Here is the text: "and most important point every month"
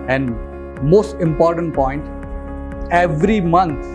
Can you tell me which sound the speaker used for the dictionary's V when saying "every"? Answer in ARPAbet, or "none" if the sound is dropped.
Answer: V